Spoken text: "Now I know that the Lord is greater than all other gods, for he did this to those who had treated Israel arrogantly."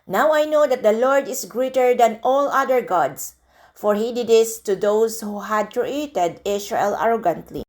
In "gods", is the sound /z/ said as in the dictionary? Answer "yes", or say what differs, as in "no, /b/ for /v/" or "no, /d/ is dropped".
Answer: no, /s/ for /z/